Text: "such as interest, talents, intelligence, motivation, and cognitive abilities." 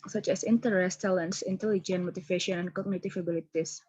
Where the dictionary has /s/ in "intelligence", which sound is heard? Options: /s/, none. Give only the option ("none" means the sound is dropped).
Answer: none